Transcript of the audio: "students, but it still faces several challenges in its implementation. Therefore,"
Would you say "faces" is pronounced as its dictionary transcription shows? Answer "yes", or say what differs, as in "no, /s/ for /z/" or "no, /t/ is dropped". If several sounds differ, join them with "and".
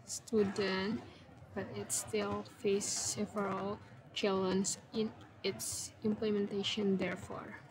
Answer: no, /s/ is dropped